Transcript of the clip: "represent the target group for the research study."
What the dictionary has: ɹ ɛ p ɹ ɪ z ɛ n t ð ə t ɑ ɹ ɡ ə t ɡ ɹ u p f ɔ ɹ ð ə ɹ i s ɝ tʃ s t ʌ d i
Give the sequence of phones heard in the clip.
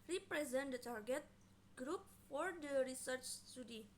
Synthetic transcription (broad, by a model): ɹ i p ɹ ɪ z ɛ n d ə t ɑ ɹ ɡ ə t ɡ ɹ u p f ɔ ɹ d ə ɹ i s ɝ tʃ s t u d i